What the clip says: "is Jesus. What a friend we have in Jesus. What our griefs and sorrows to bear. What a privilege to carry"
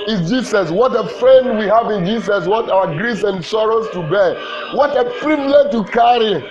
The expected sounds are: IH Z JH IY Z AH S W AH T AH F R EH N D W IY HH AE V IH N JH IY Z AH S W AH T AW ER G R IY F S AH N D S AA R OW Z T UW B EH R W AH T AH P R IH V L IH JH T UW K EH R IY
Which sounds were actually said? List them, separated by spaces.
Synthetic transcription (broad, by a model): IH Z JH IY S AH S W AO T AH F R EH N W IY HH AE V IH N JH IY S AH S W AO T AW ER G R IY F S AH N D S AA R OW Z T UW B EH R W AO T AH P R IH B L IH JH T UW K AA R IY